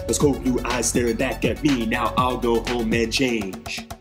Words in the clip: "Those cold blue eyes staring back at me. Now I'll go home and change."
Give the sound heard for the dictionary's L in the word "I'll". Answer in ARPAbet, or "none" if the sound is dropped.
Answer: L